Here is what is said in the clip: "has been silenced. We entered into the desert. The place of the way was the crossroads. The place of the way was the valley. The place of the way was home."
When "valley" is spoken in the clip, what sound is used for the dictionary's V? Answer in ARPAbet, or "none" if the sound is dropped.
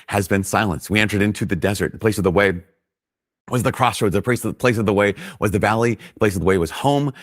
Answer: V